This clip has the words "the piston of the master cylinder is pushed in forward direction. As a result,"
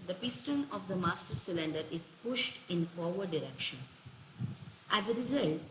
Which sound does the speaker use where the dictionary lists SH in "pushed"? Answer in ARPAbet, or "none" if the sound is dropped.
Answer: SH